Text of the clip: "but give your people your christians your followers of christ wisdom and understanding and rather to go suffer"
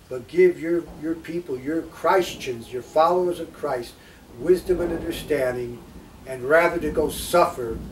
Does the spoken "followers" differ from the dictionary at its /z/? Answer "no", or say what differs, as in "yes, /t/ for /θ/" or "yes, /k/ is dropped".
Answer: no